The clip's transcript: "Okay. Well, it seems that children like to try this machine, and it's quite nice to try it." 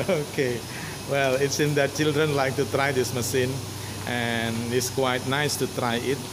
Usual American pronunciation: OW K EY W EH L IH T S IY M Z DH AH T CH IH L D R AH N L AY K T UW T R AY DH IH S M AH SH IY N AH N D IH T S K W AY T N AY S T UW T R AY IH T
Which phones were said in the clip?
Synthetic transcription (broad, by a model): OW K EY W EH L IH T S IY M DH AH T CH IH L D R AH N L AY K T UW T R AY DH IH S M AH S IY N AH N IH T S K W AY T N AY S T UW T R AY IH T